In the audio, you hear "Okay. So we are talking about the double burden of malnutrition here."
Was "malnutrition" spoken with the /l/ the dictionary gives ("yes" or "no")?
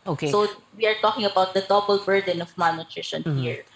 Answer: no